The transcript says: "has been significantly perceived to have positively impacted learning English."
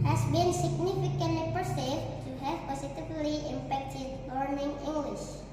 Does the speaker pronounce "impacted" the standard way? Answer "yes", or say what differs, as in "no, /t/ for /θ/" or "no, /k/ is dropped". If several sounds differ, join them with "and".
no, /f/ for /p/